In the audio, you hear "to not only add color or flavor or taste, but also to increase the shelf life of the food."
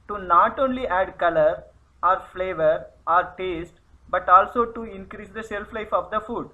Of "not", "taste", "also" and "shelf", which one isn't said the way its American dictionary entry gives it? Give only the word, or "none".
shelf